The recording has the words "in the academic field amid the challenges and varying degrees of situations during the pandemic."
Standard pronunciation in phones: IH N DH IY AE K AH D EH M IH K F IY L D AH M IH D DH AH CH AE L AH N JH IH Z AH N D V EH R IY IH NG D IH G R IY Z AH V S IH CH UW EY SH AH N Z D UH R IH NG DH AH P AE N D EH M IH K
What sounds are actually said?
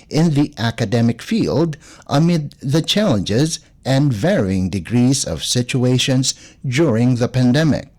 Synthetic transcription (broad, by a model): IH N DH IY AE K AH D EH M IH K F IY L D AH M IH D DH AH CH AE L AH N JH IH Z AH N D V EH R IY IH NG D IH G R IY Z AH V S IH CH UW EY SH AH N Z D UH R IH NG DH AH P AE N D EH M IH K